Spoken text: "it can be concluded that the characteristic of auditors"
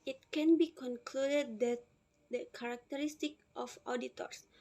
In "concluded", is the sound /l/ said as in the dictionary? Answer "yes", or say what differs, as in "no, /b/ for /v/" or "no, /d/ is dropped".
yes